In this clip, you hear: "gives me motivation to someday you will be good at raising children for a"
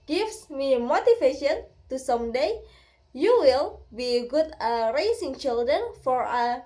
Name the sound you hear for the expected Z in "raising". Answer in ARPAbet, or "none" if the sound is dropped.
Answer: S